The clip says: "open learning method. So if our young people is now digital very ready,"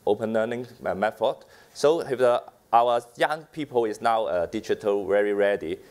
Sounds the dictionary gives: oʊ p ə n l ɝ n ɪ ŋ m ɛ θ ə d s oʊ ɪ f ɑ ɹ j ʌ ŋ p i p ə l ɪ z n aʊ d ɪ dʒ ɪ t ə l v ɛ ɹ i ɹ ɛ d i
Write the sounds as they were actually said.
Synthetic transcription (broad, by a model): oʊ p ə n l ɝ n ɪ ŋ m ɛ f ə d s oʊ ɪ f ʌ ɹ j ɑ ŋ p i p ə l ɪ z n aʊ d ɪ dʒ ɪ t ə l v ɛ ɹ i ɹ ɛ d i